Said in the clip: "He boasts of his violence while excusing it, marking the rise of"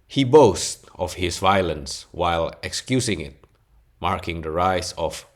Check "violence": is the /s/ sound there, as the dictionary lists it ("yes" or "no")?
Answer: yes